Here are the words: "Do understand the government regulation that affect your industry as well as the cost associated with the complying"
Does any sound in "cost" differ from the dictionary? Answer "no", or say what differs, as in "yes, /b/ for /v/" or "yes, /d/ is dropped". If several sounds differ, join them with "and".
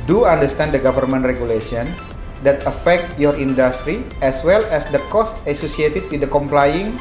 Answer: no